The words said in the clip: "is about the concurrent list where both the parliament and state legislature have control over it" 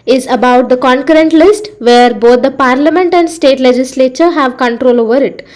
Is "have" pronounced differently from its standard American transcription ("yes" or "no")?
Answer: no